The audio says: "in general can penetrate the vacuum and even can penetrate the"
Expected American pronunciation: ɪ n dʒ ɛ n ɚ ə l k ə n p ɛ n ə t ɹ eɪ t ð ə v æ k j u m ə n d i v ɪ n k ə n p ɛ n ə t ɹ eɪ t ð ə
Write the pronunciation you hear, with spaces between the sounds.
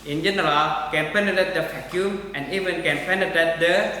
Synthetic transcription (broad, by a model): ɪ n dʒ ɛ n ɚ ə l k ə n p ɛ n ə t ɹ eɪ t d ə f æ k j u m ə n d i v ɪ n k ə n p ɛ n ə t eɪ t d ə